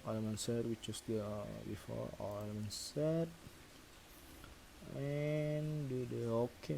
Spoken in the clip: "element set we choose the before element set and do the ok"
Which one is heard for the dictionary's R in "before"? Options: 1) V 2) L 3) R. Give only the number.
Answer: 2